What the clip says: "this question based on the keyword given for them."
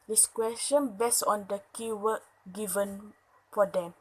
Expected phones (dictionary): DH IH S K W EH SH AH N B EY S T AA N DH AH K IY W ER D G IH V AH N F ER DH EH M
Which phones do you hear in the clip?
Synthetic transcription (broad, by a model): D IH S K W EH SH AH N B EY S AA N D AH K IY W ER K G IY V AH N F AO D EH M